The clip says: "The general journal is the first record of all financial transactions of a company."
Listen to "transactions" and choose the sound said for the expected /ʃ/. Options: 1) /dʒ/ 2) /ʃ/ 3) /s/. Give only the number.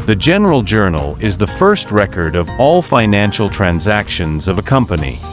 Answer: 2